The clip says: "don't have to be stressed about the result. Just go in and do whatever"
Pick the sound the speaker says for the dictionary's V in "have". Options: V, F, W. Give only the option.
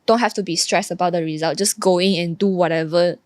F